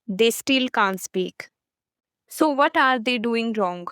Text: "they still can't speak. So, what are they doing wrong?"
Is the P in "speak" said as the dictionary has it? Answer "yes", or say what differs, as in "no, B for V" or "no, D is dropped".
yes